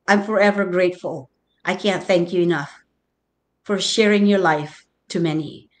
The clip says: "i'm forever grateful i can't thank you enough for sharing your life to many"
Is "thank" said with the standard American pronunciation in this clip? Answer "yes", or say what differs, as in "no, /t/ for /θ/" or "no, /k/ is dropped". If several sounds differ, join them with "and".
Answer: yes